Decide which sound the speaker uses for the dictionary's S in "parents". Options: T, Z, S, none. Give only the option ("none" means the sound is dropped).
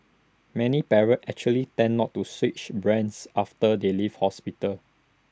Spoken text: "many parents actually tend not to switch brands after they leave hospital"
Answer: none